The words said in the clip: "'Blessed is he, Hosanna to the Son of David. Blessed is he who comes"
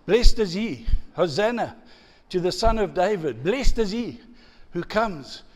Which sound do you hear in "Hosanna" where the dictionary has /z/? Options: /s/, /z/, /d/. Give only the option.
/z/